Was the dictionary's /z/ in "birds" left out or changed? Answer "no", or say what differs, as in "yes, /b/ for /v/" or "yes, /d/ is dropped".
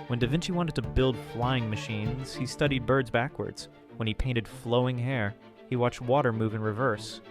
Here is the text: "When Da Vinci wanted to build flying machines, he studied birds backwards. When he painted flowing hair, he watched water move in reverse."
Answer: no